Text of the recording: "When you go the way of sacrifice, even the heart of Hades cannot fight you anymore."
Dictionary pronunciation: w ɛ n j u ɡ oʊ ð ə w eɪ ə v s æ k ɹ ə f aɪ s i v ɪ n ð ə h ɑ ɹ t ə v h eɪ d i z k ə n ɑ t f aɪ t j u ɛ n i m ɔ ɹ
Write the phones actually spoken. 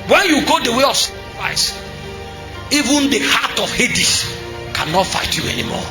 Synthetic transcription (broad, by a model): w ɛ n j u ɡ oʊ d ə w eɪ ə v s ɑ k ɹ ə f aɪ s i v ɪ n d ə h ɑ t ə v h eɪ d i s k ə n ɑ t f aɪ t j u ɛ n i m ɔ